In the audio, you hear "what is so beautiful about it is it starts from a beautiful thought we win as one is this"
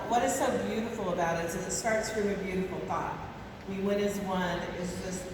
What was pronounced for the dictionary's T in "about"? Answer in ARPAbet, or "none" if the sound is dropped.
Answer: T